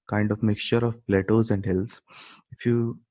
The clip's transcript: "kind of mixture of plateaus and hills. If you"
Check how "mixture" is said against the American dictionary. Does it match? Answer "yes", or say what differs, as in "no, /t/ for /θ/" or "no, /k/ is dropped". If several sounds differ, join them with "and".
yes